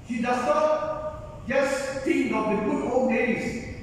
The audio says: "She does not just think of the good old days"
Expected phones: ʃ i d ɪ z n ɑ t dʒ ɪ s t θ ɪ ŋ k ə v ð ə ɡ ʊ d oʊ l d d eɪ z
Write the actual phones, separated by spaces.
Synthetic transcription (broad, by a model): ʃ i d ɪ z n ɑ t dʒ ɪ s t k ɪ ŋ ə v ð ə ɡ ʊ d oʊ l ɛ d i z